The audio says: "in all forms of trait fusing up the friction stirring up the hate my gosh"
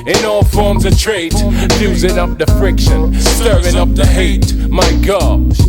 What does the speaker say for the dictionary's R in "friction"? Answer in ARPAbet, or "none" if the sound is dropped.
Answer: R